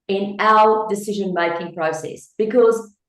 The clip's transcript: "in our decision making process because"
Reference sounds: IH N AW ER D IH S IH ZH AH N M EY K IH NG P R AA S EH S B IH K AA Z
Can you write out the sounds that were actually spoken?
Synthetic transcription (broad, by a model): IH N AW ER D IH S IH ZH AH N M EY K IH NG P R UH S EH S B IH K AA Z